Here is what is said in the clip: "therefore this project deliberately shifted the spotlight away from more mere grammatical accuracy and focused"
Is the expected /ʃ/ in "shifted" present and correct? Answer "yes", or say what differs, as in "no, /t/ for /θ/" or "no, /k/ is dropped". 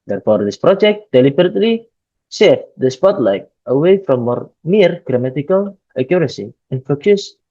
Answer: no, /s/ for /ʃ/